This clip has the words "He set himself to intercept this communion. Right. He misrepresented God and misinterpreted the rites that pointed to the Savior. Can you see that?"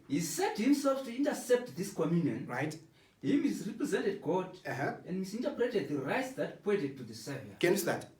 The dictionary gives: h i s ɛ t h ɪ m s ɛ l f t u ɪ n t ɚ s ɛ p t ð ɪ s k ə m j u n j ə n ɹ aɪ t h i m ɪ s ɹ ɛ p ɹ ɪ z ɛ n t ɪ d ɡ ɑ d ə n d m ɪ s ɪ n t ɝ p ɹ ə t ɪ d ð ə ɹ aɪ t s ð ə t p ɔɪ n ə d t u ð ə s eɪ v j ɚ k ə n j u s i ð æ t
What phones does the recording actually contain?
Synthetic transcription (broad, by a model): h i s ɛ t h ɪ m s ɛ l f t u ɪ n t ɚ s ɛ p t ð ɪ s k ə m j u n j ə n ɹ aɪ t h i m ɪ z ɹ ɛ p ɹ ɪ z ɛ n t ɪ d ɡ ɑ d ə n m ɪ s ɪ n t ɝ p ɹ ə t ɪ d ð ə ɹ aɪ t s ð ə t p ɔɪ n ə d t u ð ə s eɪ v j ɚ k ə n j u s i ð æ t